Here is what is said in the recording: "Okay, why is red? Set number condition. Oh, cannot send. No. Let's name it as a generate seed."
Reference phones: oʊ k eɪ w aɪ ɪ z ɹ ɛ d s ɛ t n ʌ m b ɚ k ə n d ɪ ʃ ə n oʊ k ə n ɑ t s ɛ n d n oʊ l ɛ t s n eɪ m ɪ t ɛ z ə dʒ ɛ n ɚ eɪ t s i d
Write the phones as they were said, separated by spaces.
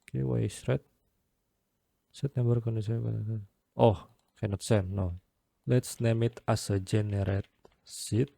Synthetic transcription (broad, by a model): k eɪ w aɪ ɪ s ɹ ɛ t s ɛ t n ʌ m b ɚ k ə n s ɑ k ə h k ə n ɑ t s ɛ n n oʊ l ɛ t s n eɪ m ɪ t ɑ s ə dʒ ɛ n ɚ eɪ t s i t